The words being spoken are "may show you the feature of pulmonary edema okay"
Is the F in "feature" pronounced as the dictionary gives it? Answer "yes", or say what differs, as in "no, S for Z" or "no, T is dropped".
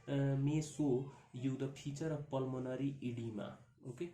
no, P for F